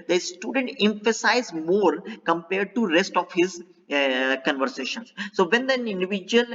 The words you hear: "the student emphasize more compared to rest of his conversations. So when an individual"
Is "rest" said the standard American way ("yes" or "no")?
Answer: yes